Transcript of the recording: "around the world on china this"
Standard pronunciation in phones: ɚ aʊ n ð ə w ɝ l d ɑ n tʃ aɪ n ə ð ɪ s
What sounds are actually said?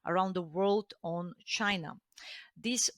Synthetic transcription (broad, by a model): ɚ aʊ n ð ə w ɝ l d ɑ n tʃ aɪ n ə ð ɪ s